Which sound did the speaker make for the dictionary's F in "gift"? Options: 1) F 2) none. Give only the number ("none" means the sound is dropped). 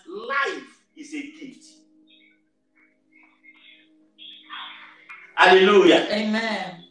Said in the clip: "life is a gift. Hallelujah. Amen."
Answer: 2